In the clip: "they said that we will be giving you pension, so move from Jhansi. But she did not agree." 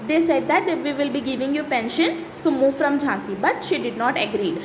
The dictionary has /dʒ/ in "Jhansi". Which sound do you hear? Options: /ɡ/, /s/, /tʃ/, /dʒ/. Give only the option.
/dʒ/